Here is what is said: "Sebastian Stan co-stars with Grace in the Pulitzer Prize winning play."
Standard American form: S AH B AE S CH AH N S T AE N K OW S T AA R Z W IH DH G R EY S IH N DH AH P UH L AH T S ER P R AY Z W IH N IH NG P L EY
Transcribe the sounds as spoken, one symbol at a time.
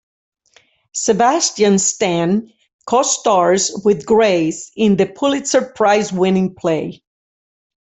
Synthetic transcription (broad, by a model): S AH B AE S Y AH N S T AE N K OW S T AA R Z W IH DH G R EY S IH N DH AH P UH L AH T S ER P R AY Z W IH N IH NG P L EY